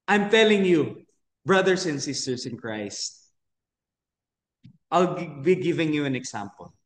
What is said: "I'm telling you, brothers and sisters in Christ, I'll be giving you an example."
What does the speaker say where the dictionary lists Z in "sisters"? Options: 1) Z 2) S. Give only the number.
2